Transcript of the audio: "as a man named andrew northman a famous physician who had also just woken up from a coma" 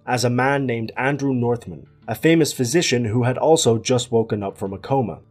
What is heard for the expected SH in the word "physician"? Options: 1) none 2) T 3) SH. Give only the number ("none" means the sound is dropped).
3